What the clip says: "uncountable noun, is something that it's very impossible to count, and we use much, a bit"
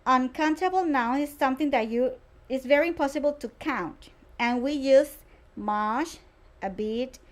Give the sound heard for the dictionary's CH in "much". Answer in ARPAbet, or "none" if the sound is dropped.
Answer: SH